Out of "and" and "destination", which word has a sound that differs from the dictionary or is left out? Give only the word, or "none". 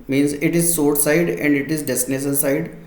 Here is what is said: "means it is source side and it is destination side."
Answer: destination